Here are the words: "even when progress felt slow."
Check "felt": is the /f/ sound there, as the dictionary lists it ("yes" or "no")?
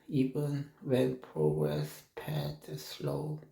no